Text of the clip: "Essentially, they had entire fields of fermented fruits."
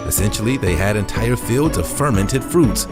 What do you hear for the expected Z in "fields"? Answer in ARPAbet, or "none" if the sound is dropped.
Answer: Z